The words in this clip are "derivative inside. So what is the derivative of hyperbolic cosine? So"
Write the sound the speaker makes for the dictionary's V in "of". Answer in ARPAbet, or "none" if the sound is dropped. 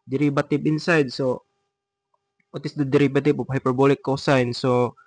P